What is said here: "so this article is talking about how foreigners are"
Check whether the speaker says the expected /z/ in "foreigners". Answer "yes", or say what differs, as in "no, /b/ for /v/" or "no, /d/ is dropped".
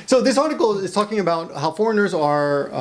yes